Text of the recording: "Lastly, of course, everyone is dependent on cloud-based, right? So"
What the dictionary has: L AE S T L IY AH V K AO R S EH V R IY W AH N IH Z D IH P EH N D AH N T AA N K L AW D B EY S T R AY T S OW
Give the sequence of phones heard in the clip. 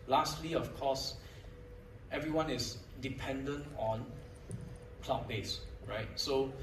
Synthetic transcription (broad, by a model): L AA S T L IY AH F K AO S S EH V R IY W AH N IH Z D IH P EH N D AH N T AA N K L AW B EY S R AY T S OW